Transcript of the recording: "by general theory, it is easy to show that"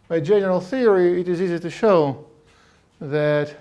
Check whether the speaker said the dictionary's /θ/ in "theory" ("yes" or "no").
yes